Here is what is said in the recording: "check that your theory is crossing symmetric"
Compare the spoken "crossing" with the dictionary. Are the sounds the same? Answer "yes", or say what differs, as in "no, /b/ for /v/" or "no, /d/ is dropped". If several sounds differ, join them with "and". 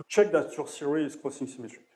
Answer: no, /ɹ/ is dropped